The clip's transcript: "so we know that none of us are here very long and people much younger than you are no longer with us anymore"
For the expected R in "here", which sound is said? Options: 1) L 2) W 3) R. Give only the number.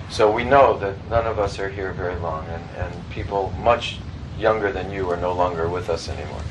3